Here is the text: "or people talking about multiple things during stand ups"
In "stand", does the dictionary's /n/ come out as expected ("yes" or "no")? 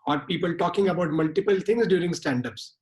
yes